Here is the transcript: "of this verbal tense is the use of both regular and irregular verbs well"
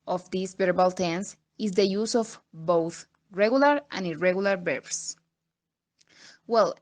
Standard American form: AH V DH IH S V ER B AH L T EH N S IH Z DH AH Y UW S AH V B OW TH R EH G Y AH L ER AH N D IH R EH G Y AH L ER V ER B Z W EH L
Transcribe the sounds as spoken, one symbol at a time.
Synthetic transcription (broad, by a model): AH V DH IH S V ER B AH L T EH N S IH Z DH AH Y UW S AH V B OW TH R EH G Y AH L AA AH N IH R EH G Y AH L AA B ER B S W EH L